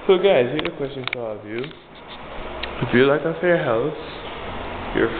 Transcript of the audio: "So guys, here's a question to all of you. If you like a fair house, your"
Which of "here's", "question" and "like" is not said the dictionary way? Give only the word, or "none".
here's